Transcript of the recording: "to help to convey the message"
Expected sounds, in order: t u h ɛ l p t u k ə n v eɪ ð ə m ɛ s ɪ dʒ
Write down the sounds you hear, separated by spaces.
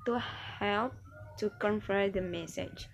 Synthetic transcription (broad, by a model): t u h ɛ l p t u k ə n f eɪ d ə m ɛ s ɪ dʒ